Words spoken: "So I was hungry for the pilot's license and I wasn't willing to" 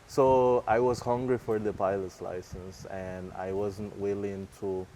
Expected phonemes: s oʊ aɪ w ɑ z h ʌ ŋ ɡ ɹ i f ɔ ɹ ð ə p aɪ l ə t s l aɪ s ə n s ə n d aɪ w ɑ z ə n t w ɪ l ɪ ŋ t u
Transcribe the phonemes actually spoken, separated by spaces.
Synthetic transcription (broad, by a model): s oʊ aɪ w ɑ z h ʌ ŋ ɡ ɹ i f ɔ ɹ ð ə p aɪ l ə t s l aɪ s ə n s ə n d aɪ w ɑ z ə n t w ɪ l ɪ ŋ t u